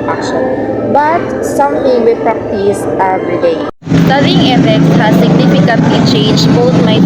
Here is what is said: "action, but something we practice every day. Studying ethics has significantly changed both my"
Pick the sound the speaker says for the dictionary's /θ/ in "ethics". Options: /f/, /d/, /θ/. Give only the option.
/f/